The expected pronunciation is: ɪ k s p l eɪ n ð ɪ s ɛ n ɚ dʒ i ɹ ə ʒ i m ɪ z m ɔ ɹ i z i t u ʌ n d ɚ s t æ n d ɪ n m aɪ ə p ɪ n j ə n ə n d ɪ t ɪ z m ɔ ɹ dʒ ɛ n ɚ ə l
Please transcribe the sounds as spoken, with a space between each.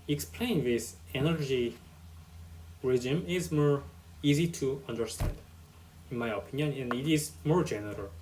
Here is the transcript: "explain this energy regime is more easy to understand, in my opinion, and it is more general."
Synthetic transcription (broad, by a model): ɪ k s p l eɪ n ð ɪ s ɛ n ɚ dʒ i ɹ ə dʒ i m ɪ z m ɔ ɹ i z i t u ʌ n d ɚ s t æ n d ɪ n m aɪ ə p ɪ n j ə n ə n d ɪ t ɪ z m ɔ ɹ dʒ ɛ n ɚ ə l